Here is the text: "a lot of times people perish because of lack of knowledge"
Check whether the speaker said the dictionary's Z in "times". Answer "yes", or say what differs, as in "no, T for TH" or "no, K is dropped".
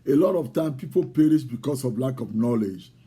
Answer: no, Z is dropped